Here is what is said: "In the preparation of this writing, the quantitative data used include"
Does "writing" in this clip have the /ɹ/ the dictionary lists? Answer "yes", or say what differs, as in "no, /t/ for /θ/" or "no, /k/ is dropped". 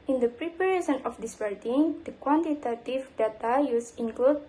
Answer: no, /w/ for /ɹ/